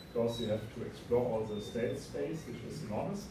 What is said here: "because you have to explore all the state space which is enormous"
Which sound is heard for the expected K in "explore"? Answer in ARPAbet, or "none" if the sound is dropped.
K